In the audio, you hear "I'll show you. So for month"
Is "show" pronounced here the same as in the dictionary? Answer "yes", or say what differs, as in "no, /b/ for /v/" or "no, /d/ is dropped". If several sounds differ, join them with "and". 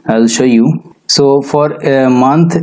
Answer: yes